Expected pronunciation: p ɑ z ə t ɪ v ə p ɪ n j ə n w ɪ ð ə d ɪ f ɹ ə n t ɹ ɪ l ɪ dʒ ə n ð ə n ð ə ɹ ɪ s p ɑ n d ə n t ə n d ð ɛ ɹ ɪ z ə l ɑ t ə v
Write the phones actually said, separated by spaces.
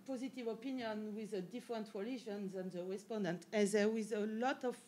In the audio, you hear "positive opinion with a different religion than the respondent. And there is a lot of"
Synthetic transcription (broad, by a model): p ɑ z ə t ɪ v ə p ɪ n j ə n w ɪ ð ə d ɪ f ɹ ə n t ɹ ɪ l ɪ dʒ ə n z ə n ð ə ɹ ɪ s p ɑ n d ə n t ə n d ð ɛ w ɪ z ə l ɑ t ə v